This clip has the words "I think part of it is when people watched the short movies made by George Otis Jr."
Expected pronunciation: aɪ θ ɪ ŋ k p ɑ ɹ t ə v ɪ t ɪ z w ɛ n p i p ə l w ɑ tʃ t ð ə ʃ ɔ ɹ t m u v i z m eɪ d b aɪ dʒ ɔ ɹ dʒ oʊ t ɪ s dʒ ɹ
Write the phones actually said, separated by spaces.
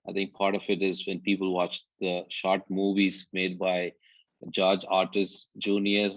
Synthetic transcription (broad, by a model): aɪ t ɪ ŋ k p ɑ ɹ t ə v ɪ t ɪ z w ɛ n p i p ə l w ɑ tʃ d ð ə ʃ ɔ ɹ t m u v i z m eɪ d b aɪ dʒ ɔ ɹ dʒ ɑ t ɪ s dʒ ɹ